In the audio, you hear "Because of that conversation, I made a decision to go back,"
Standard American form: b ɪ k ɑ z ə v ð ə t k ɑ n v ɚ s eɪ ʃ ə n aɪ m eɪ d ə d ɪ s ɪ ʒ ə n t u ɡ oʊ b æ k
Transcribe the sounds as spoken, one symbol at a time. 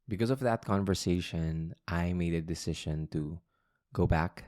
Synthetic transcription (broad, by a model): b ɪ k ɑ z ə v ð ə t k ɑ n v ɚ s eɪ ʃ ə n aɪ m eɪ d ə d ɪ s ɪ ʃ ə n t u ɡ oʊ b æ k